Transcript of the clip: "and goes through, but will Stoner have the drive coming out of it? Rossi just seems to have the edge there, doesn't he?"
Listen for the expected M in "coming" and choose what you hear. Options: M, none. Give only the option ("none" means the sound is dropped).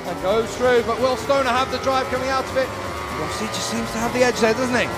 M